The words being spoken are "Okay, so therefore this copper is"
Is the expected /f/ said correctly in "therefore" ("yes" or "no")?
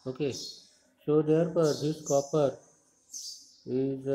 no